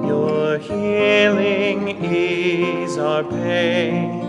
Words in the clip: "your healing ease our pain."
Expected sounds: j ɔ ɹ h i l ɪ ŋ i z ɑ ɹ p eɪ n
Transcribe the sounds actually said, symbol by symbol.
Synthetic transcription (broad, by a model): j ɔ ɹ h i l ɪ ŋ i z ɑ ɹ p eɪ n